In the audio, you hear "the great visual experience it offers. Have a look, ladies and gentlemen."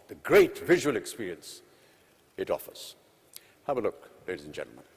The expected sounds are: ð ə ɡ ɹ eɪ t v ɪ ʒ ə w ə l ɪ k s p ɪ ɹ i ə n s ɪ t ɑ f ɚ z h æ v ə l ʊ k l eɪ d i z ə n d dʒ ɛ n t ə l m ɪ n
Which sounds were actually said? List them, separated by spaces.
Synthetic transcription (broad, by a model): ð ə ɡ ɹ eɪ t v ɪ ʒ ə w ə l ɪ k s p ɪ ɹ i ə n s ɪ t ɑ f ɚ z h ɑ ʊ ə l ʊ k l eɪ d i z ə n dʒ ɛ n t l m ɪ n